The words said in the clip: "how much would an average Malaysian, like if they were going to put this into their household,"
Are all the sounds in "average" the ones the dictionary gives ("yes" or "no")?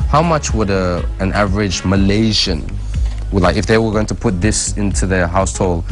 yes